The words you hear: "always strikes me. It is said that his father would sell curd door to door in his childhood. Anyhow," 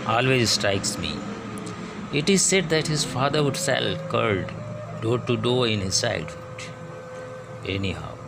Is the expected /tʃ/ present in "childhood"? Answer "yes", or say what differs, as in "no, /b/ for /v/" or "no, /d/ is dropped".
no, /s/ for /tʃ/